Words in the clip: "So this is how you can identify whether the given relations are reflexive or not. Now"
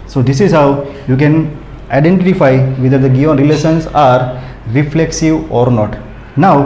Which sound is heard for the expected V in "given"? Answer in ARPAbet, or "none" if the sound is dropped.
none